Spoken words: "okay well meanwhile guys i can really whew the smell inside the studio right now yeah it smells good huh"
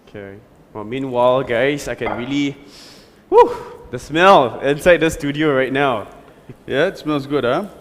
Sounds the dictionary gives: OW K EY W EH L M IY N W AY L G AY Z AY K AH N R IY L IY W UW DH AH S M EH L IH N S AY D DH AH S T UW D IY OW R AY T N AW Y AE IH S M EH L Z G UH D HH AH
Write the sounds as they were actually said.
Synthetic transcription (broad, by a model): K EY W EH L M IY N W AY L G AY S AY K AH N R IY L IY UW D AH S M EH L IH N S AY D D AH S T UW D IY OW R AY T N AW Y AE IH S M EH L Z G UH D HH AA